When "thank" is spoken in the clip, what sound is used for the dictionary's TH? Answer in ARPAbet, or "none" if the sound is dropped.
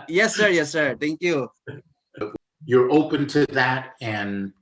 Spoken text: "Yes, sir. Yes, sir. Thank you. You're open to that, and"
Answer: T